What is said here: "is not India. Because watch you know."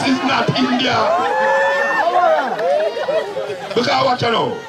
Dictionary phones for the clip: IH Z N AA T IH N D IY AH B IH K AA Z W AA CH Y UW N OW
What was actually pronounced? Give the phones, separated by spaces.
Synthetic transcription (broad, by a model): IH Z N AA T IH N D IY AH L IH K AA W AA CH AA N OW